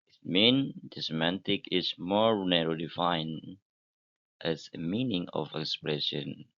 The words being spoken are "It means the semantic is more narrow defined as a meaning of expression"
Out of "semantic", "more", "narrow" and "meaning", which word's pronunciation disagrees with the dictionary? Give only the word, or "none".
none